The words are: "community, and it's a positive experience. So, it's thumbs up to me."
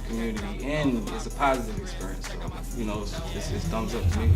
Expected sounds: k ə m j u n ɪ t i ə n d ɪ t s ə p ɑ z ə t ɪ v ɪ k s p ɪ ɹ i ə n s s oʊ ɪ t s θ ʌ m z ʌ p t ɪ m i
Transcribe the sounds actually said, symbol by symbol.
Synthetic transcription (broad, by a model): k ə m j u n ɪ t i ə n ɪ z ə p ɑ z ə t ɪ v ɪ k s p ɪ ɹ i ə n s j oʊ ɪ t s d ʌ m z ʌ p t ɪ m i